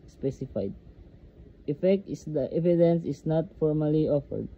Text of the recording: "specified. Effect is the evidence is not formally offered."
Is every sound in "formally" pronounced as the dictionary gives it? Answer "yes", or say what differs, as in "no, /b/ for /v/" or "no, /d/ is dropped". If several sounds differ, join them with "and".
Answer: yes